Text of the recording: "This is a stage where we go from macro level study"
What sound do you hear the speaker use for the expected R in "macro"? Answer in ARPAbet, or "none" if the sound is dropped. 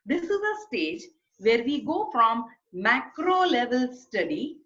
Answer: R